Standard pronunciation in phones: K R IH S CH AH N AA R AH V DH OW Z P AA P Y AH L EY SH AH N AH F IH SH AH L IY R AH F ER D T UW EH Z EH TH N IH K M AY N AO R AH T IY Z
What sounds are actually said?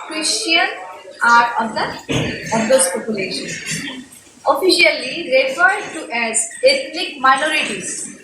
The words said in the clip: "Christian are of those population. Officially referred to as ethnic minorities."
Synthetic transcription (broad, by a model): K R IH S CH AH N AA R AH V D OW S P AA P Y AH L EY SH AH N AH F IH SH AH L IY R AH F ER D T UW EH Z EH T N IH K M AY N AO R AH T IY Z